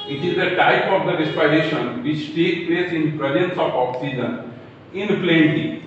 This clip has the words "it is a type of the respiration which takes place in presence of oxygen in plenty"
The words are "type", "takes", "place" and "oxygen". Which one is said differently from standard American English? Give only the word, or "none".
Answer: takes